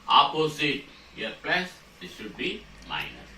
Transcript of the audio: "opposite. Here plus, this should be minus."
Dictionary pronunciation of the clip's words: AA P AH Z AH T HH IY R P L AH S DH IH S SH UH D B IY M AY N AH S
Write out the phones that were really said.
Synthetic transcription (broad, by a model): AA P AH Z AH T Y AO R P EH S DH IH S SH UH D B IY M AY N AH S